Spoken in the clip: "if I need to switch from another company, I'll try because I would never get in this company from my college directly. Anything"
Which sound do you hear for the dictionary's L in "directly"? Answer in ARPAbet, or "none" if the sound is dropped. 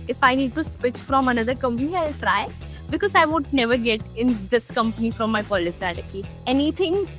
none